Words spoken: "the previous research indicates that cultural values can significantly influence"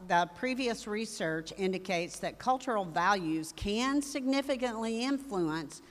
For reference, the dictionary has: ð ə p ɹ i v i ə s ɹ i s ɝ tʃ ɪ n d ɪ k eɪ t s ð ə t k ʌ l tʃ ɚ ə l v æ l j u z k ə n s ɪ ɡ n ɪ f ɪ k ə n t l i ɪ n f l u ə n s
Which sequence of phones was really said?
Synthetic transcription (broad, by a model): ð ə p ɹ i v i ə s ɹ i s ɝ tʃ ɪ n d ɪ k eɪ t s ð ə t k ʌ l tʃ ɚ l v æ l j u z k ə n s ɪ ɡ n ɪ f ɪ k ə n t l i ɪ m f l u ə n s